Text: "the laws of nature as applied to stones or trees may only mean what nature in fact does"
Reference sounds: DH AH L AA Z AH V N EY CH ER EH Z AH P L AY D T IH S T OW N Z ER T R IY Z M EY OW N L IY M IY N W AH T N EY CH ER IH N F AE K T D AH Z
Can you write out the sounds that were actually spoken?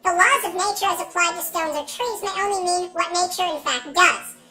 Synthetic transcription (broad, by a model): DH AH L AA Z AH V N EY CH ER Z AH P L AY D T IH S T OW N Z ER T R IY Z M EY OW N L IY M IY N W AH T N EY CH ER IH N F AE K T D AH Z